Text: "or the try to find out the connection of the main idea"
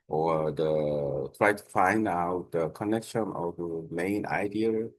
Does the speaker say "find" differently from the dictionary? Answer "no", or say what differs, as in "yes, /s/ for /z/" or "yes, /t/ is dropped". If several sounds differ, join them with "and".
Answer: no